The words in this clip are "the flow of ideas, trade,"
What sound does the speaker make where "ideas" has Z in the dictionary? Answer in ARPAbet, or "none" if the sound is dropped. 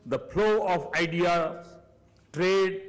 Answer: none